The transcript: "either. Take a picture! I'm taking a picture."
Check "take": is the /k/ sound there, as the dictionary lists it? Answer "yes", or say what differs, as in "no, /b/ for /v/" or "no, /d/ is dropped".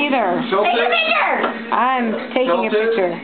no, /k/ is dropped